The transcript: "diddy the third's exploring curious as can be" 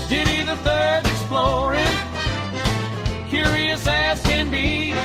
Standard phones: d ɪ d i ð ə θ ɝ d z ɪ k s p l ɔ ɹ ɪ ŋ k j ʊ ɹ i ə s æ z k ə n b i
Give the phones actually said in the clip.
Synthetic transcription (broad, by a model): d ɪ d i ð ə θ ɝ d ɪ k s p l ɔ ɹ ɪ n k j ʊ ɹ i ə s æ s k ə n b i